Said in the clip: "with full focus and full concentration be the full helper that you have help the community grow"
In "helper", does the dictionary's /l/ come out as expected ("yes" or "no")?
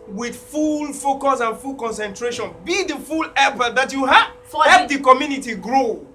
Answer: no